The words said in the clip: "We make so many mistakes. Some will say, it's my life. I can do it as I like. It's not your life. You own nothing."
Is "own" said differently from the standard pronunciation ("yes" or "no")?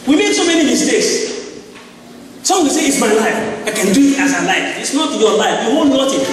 yes